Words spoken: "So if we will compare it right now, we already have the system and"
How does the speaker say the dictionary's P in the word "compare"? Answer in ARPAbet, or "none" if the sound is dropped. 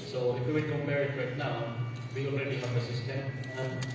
none